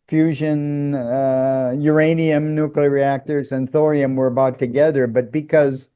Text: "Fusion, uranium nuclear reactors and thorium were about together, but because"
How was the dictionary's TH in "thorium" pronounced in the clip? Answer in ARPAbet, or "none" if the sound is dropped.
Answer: TH